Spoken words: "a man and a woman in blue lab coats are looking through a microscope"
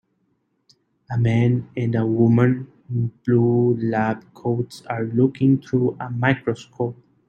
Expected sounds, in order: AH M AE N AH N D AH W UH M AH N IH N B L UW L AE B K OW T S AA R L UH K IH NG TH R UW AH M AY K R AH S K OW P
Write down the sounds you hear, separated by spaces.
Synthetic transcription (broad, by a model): AH M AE N AH N D AH W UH M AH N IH N B L UW L AE B K OW T S AA R L UH K IH NG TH R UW AH M AY K R AH S K OW P